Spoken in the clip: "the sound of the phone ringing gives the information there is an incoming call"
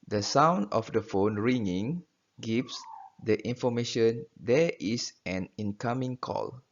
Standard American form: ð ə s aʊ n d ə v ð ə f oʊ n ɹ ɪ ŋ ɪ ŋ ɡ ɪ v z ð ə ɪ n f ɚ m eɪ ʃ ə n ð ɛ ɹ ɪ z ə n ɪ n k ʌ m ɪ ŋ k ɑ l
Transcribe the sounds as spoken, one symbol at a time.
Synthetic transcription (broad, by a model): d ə s aʊ n d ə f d ə f oʊ n ɹ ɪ ŋ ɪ ŋ ɡ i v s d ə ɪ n f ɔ m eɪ ʃ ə n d ɛ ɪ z ə n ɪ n k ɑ m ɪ ŋ k ɑ l